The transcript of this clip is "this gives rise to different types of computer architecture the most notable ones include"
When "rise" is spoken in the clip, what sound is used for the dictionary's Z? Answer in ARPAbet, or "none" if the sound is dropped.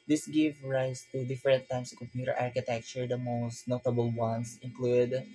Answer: S